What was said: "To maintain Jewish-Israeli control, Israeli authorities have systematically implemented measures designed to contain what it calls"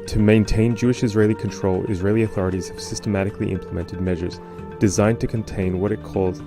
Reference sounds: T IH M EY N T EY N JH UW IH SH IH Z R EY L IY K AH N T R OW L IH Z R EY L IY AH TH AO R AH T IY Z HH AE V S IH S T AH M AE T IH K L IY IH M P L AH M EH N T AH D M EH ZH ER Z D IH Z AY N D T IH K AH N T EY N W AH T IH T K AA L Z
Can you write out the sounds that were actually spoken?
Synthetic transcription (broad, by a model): T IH M EY N T EY N JH UW IH SH IH Z R EY L IY K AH N T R OW L IH Z R EY L IY AH TH AO R AH T IY Z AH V S IH S T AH M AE T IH K L IY IH M P L AH M EH N T AH D M EH ZH ER Z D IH Z AY N T IH K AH N T EY N W AH T IH T K AA L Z